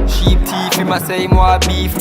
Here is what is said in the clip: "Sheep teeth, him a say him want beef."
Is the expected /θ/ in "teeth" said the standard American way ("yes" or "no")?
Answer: no